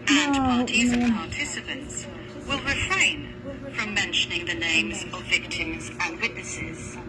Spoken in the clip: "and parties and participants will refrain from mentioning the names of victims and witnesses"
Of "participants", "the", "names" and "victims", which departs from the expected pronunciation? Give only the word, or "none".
none